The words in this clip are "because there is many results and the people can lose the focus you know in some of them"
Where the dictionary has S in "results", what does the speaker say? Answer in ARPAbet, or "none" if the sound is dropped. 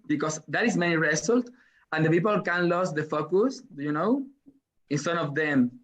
none